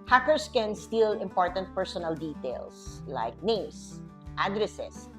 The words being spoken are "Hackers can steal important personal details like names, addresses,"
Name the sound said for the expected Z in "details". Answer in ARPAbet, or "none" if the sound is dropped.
S